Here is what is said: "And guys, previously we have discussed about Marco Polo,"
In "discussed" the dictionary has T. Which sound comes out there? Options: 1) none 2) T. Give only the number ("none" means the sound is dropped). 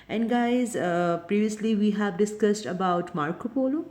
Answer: 2